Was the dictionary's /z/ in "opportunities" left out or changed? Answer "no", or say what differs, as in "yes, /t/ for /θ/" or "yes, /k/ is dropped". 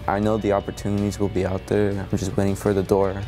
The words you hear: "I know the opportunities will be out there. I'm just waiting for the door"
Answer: no